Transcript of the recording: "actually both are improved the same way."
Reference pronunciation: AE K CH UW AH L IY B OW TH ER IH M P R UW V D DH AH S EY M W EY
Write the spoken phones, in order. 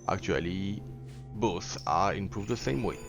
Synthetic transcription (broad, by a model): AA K CH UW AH L IY B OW S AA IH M P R UW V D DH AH S EY M W EY